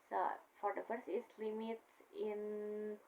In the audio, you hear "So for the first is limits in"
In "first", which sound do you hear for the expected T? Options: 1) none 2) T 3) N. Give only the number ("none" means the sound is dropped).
1